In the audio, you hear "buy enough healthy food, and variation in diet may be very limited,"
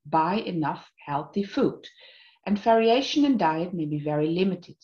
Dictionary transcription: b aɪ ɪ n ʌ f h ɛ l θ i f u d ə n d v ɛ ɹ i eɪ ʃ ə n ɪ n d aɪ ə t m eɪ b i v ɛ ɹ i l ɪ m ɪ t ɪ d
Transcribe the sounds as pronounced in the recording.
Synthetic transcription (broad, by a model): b aɪ ɪ n ʌ f h ɛ l θ i f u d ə n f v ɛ ɹ i eɪ ʃ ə n ɪ n d aɪ ə t m eɪ b i v ɛ ɹ i l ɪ m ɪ t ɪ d